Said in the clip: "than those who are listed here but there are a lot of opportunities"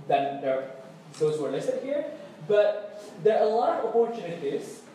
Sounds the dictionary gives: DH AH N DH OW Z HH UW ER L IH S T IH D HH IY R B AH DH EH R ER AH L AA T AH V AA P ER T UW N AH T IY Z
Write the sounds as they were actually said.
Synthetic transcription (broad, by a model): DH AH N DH OW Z HH UW ER L IH S T IH D HH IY R B AH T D ER AH L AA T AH P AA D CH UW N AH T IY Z